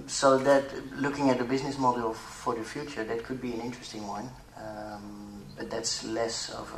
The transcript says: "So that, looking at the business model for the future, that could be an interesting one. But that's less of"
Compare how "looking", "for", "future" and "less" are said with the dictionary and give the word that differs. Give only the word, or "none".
none